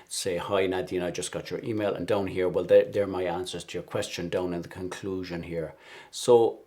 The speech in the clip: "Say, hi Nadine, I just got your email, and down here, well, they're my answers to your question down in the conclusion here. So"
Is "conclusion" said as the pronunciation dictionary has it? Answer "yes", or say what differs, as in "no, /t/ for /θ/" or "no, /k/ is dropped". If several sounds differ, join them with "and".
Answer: yes